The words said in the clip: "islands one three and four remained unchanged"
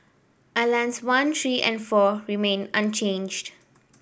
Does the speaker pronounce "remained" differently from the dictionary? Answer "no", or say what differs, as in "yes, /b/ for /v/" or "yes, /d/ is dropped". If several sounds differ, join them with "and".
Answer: yes, /d/ is dropped